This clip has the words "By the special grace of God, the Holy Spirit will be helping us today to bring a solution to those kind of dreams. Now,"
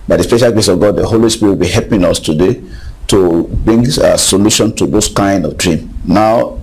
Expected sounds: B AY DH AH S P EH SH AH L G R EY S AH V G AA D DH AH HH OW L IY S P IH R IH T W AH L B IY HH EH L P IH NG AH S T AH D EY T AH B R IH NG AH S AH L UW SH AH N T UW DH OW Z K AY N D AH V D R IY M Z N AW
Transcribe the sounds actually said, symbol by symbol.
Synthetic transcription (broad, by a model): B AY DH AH S P EH SH AH L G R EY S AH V G AA D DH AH HH OW L IY S P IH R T W AH L B IY HH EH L P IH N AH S T AH D EY T AH B R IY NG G S AH L UW SH AH N T UW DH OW S K AY N D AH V D R IY M N AW